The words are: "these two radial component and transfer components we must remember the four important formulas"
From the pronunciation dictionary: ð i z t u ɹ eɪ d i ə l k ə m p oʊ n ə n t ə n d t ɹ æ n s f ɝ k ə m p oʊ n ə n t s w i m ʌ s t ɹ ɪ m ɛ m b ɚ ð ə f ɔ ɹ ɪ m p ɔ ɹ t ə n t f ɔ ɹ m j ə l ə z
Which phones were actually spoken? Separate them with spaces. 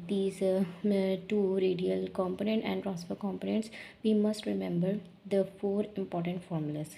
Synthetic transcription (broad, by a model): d i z t u ɹ eɪ d i ə l k ə m p oʊ n ə n t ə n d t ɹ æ s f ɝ k ə m p oʊ n ə n t s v i m ʌ s t ɹ ɪ m ɛ m b ɚ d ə f ɔ ɹ ɪ m p ɔ ɹ t ə n t f ɔ ɹ m j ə l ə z